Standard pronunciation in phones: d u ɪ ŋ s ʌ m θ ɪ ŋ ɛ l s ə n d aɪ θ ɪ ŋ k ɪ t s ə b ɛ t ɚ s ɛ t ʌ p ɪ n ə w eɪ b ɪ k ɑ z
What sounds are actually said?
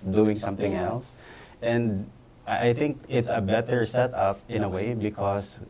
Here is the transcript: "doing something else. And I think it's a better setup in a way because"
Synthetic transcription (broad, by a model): d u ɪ ŋ s ʌ m θ ɪ ŋ ɛ l s ə n d aɪ θ ɪ ŋ k ɪ t s ə b ɛ t ɚ s ɛ t ʌ p ɪ n ə w eɪ b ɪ k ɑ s